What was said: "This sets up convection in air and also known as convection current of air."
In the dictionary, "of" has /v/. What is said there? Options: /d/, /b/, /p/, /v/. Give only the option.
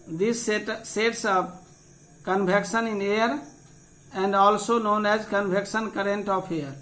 /p/